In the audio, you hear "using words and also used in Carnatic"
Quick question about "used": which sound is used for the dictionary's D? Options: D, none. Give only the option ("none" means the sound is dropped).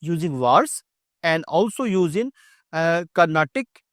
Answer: none